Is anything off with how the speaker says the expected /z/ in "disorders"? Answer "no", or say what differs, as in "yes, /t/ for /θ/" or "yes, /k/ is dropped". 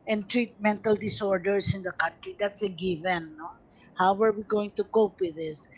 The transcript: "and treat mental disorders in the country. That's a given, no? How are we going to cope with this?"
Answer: yes, /s/ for /z/